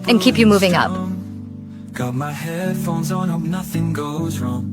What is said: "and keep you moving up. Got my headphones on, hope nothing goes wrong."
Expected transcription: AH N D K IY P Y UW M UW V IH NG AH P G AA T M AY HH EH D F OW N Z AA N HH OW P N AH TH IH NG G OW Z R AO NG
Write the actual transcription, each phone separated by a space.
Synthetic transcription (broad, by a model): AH N K IY P Y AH M UW V IH NG AH P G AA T M AY HH EH D F OW N Z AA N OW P N AH TH IH NG G OW Z R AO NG